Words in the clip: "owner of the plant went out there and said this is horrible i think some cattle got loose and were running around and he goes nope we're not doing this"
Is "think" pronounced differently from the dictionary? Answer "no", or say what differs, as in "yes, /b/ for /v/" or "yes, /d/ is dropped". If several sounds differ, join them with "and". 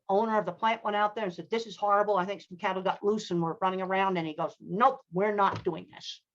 no